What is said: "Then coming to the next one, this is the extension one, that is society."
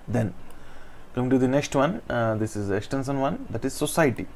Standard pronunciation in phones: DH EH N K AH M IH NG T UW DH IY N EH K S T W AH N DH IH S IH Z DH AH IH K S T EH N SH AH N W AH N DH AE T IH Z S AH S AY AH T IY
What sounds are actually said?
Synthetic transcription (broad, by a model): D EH N K AH M IH NG T UW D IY N EH K S T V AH N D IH S IH Z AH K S T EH N S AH N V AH N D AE T IH Z S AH S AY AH T IY